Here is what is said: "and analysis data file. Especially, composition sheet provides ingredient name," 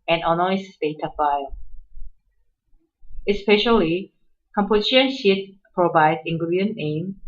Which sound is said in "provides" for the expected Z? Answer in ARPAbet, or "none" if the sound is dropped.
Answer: none